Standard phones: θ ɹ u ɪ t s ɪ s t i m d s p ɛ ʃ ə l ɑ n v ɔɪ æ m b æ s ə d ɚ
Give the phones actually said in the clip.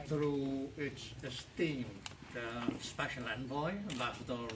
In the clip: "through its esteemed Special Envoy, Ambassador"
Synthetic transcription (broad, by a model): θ ɹ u ɪ t s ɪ s t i m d s p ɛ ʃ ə l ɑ n b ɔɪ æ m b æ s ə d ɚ